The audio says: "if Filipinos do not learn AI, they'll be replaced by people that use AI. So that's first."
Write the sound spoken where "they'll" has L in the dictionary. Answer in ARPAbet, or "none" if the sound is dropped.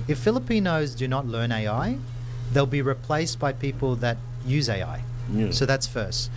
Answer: L